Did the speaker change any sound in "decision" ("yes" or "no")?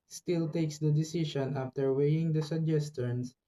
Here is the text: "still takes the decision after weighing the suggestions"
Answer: yes